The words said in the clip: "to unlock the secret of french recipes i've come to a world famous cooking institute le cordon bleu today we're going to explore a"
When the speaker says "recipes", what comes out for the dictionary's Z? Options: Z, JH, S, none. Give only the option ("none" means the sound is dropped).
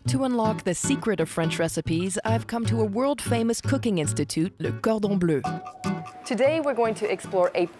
Z